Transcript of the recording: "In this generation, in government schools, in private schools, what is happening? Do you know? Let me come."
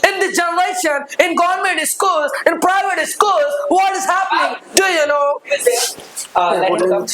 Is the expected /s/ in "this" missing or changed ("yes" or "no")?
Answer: yes